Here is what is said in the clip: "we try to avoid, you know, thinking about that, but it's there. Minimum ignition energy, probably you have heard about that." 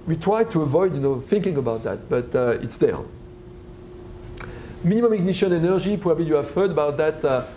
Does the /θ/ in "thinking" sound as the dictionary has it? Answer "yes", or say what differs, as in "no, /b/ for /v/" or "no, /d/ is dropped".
yes